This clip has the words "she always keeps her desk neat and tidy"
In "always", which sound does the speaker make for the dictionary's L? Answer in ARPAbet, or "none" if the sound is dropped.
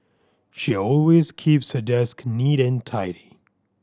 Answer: L